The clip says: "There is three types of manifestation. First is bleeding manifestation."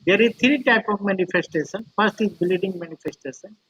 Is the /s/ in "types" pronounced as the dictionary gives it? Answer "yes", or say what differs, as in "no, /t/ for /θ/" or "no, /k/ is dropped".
no, /s/ is dropped